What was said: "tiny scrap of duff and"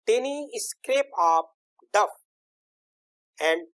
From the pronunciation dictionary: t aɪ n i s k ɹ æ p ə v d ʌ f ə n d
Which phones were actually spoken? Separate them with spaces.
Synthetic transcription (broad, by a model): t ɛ n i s k ɹ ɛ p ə p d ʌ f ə n d